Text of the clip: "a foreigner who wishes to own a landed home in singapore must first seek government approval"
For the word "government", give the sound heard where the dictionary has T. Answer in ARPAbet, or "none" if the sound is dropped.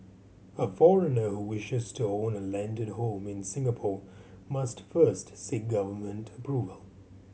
T